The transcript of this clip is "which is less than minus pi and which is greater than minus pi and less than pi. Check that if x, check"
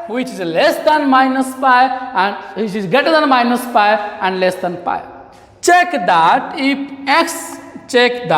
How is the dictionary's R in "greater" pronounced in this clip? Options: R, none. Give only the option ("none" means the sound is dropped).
none